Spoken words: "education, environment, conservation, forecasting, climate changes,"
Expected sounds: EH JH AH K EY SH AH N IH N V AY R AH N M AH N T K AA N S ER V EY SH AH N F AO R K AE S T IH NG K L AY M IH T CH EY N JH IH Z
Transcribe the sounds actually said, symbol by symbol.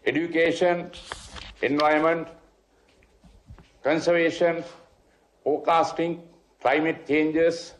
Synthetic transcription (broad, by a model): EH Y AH K EY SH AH N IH N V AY AH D M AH N T K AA N S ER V EY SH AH N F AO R K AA S T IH NG K L AY M IH T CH EY N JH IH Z